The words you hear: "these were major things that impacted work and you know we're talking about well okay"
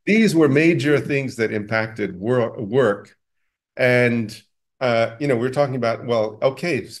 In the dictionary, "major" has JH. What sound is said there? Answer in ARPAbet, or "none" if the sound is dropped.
JH